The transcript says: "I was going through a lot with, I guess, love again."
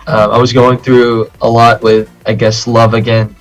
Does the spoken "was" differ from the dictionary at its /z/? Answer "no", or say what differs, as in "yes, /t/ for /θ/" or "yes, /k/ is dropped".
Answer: no